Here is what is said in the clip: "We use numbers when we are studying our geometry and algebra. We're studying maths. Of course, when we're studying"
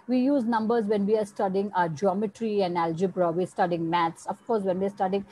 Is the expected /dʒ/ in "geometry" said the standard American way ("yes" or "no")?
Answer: yes